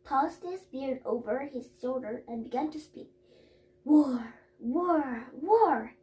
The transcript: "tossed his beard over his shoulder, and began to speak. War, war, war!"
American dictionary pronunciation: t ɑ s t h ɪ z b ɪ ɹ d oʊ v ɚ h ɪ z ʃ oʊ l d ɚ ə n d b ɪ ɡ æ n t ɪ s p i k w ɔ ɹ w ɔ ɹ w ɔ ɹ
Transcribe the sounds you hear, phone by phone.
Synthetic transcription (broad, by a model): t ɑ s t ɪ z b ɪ ɹ d oʊ v ɚ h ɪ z ʃ oʊ l d ɚ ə n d b ɪ ɡ æ n t ɪ s p i k w ɔ ɹ w ɔ ɹ w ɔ ɹ